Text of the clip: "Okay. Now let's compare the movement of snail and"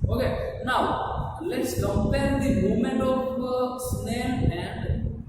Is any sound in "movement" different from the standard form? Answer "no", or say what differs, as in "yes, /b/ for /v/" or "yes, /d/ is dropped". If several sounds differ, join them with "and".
yes, /v/ is dropped